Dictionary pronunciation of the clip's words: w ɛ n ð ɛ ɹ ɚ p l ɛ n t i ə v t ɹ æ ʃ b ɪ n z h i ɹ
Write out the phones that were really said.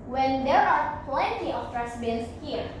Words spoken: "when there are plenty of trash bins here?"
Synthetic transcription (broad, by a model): w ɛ n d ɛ ɹ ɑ p l ɛ n t i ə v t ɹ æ s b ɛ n s h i ɹ